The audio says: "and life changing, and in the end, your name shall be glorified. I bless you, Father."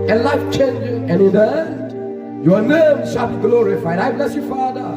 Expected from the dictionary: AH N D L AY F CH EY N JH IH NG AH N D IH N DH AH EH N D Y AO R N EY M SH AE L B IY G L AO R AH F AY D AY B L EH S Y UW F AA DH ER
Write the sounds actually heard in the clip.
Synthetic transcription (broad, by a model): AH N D L AY F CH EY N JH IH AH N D IH N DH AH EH D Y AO N EY M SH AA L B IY G L AO R AH F AY D AY B L EH S Y UW F AA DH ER